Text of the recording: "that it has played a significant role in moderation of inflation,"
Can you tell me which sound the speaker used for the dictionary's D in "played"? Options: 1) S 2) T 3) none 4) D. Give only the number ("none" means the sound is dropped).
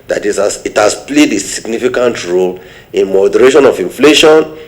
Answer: 4